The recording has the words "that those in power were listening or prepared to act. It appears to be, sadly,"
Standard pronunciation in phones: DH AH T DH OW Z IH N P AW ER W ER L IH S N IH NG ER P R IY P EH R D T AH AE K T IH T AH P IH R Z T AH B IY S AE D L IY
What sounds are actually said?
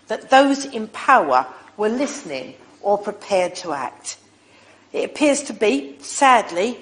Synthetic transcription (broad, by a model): DH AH T DH OW Z IH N P AW ER W ER L IH S N IH NG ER P R IY P EH R D T AH AE K T IH T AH P IH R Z T AH B IY S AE D L IY